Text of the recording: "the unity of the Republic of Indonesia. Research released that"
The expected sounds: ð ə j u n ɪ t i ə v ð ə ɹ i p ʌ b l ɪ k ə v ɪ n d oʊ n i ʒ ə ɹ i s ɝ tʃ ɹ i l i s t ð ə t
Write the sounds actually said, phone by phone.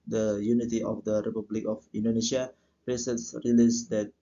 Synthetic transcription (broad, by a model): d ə j u n ɪ t i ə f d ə ɹ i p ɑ b l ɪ k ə f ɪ n d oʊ n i ʃ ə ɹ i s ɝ s ɹ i l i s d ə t